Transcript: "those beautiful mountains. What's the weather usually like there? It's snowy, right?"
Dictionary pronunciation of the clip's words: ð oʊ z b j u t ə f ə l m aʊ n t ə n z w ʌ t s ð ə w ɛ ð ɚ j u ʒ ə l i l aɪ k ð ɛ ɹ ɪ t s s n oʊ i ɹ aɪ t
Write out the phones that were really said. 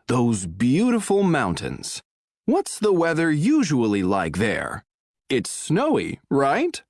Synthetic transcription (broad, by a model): ð oʊ z b j u t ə f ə l m aʊ n t ə n z w ʌ t s ð ə w ɛ ð ɚ j u ʒ ə l i l aɪ k ð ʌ ɹ ɪ t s s n oʊ i ɹ aɪ t